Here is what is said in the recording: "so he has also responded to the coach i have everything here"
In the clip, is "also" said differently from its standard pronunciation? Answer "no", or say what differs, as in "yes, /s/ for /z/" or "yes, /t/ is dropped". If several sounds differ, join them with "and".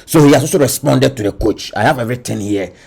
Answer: yes, /l/ is dropped